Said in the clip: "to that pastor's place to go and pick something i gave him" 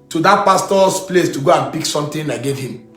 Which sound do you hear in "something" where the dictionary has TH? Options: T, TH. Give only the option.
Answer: T